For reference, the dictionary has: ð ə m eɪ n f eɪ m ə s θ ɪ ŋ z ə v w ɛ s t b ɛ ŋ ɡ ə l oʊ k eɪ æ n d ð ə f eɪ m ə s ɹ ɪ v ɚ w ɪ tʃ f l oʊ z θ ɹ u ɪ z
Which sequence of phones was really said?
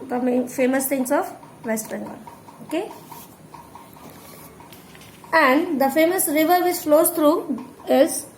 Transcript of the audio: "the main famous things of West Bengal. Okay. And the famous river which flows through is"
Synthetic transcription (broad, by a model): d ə m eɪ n f eɪ m ə s t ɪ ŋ s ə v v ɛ s t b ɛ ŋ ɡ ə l oʊ k eɪ æ n d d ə f eɪ m ə s ɹ ɪ v ɚ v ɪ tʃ f l oʊ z t ɹ u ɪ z